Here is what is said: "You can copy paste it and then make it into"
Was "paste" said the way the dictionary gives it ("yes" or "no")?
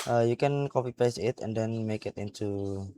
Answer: no